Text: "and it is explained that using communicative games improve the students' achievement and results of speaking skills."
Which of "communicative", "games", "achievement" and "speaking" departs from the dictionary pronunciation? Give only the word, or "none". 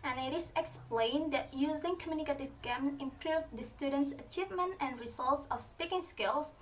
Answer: games